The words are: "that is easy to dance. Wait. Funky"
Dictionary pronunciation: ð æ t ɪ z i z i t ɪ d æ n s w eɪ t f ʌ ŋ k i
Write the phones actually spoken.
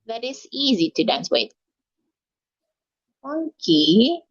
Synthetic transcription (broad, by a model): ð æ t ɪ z i z i t ɪ d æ n s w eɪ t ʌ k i